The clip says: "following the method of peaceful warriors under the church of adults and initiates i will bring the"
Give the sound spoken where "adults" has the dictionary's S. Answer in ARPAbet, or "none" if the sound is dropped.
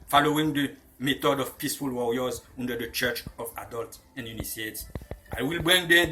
none